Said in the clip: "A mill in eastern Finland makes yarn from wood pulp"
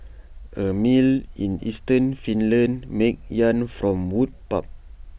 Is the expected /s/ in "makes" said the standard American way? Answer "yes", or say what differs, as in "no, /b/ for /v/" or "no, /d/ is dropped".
no, /s/ is dropped